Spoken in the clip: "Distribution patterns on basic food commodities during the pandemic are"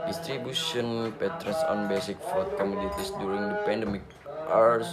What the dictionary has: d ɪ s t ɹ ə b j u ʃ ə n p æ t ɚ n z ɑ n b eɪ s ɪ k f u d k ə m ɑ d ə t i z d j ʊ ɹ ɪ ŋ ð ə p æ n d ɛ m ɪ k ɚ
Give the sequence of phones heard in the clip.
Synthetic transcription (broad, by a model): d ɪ s t ɹ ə b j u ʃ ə n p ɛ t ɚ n s ɑ n b eɪ s ɪ k f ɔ k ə m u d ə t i s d j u ɹ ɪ ŋ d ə p æ n d ɛ m ɪ k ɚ